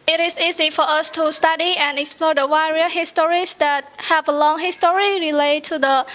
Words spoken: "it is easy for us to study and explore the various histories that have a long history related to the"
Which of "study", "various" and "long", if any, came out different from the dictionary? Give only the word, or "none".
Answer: various